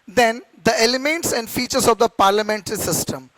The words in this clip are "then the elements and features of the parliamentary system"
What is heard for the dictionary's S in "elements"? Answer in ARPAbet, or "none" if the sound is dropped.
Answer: S